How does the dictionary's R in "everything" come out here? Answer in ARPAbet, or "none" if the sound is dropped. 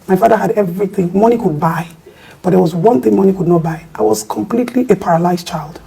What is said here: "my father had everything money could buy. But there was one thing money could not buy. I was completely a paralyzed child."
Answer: R